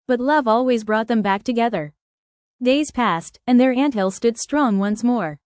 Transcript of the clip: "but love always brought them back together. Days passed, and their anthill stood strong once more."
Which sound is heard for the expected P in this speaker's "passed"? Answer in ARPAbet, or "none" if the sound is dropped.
P